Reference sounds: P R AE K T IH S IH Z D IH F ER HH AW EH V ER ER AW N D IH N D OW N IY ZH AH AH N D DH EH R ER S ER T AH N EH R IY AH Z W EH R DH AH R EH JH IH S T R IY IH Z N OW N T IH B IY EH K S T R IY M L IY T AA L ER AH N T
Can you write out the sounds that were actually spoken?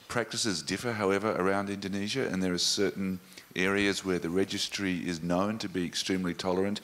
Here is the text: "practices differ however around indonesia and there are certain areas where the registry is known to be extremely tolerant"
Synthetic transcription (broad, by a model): P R AE K T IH S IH Z D IH F ER HH AW EH V ER ER AW N D IH N D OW N IY ZH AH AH N DH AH R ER S ER T N EH R IY AH Z W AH R DH AH R EH JH IH S T R IY IH Z N OW N T IH B IY EH K S T R IY M L IY T AA L ER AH N T